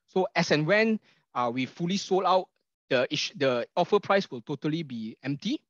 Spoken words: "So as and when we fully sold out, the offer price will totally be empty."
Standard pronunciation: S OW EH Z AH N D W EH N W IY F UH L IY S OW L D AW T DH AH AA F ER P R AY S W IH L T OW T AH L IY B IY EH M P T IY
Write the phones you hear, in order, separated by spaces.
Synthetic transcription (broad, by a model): S OW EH S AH N W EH N W IY F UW L IY S OW L AW T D AH AA F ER P R AY S W IH L T OW T AH L IY B IY EH M P T IY